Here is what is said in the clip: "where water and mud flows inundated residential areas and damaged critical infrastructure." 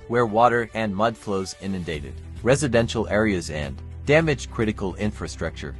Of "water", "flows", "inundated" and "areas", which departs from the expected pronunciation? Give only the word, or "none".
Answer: none